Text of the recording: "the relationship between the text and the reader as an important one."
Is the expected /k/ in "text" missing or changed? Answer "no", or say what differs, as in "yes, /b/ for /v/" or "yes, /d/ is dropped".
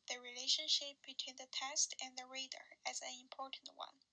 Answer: yes, /k/ is dropped